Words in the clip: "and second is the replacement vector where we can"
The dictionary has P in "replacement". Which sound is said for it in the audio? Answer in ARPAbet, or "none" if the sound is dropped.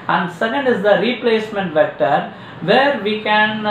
P